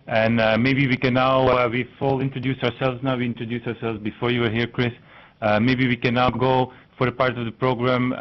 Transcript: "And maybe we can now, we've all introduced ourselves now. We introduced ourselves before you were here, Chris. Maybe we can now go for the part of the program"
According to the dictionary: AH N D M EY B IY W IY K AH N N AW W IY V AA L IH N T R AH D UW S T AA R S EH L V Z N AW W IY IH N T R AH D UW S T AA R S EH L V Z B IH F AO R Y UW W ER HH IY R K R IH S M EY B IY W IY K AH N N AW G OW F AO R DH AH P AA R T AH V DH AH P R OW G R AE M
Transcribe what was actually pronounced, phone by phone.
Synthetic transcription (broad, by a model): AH N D M EY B IY W IY K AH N N AW W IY F AA L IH N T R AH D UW S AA AA R S EH L V Z N AW W IY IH N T R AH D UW S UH AA R S EH L V Z B IH F AO R Y UW W ER HH IY R K R IH S M EY B IY W IY K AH N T G OW F AO R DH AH P AA R T AH V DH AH P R OW G R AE M